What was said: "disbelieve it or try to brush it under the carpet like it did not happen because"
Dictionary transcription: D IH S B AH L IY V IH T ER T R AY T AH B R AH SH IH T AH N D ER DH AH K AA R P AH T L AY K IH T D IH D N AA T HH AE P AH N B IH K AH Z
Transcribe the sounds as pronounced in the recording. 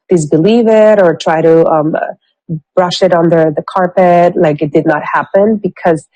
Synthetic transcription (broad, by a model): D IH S B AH L IY V IH T ER T R AY T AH B R AH SH IH T N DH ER DH AH K AA R P AH T L AY K IH T D IH D N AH T HH AE P AH N B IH K AH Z